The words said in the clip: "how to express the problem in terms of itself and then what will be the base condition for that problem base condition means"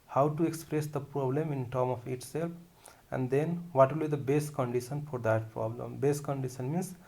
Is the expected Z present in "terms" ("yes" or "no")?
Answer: no